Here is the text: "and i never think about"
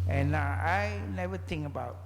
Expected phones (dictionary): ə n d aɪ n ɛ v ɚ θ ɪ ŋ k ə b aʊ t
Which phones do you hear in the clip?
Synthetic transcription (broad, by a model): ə n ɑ aɪ n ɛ v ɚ t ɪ ŋ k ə b aʊ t